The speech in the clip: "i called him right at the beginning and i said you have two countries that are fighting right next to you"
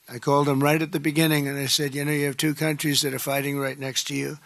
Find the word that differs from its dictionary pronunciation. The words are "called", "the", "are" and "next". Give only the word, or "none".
none